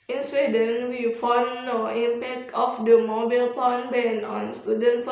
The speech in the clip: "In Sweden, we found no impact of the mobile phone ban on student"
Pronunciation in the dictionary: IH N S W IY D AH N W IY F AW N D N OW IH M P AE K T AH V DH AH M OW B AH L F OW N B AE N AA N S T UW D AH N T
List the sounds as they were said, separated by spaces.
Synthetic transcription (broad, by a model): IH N S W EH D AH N W IY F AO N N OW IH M P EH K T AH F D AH M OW B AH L P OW N B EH N AA N S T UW D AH N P